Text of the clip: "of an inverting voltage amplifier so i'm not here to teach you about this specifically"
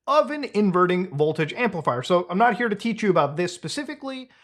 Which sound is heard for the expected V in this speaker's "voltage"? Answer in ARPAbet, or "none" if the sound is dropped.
V